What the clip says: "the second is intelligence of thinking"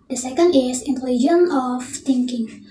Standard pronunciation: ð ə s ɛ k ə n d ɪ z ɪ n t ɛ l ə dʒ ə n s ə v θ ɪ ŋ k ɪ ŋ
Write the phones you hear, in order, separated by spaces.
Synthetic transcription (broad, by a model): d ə s ɛ k ə n d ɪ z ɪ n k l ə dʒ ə n ə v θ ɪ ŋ k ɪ ŋ